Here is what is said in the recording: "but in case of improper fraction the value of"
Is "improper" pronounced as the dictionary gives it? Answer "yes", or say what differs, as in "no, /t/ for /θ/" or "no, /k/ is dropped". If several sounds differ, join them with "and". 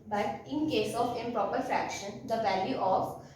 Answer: no, /m/ is dropped